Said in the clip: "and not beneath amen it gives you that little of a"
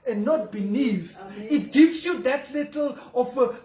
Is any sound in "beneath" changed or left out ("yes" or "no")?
yes